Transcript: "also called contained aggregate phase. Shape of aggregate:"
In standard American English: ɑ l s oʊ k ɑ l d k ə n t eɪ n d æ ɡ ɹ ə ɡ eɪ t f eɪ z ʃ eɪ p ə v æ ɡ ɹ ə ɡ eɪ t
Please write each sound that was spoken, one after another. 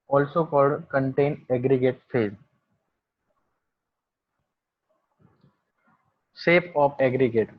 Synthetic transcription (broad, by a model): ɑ l s oʊ k ɑ l d k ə n t eɪ n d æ ɡ ɹ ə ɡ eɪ t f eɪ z s eɪ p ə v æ ɡ ɹ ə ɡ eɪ t